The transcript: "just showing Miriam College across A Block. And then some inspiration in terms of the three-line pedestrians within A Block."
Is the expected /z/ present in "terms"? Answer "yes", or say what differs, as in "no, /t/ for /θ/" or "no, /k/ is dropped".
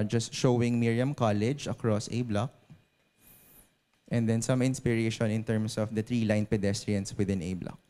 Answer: no, /s/ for /z/